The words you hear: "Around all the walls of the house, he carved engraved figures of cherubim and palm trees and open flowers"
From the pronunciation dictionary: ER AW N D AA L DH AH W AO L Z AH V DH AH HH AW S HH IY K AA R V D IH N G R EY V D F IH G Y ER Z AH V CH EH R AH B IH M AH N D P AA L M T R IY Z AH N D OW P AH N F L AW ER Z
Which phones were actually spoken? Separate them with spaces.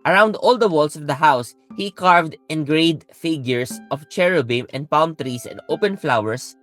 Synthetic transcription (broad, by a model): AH AW N D AA L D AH W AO L S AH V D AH HH AW S HH IY K AA R V D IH N G R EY D F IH G Y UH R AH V CH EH R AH B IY M AH N D P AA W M T R IY S AH N D OW P AH N F L AW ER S